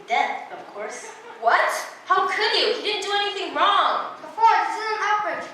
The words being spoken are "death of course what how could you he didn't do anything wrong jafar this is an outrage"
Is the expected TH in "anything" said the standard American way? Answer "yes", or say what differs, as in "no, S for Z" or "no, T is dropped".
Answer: yes